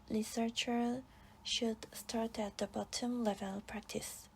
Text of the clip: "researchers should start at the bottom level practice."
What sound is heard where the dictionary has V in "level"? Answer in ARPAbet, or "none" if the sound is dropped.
V